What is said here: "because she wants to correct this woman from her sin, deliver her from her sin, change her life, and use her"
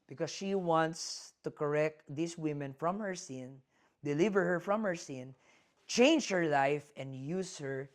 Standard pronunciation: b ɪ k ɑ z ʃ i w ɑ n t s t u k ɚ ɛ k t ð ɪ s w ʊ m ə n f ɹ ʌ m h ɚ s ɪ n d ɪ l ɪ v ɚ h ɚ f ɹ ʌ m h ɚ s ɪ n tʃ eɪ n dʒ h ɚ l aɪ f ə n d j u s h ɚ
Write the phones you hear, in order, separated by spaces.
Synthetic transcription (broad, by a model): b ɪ k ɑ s ʃ i w ɑ n t s t u k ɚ ɛ k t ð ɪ s w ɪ m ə n f ɹ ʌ m h ɚ s ɪ n d ɪ l ɪ v ɚ h ɚ f ɹ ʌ m h ɚ s ɪ n tʃ eɪ n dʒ h ɚ l aɪ f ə n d j u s h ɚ